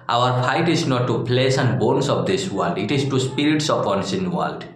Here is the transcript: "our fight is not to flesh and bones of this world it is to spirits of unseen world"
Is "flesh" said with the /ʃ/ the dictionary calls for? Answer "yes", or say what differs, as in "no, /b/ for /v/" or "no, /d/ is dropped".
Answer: no, /s/ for /ʃ/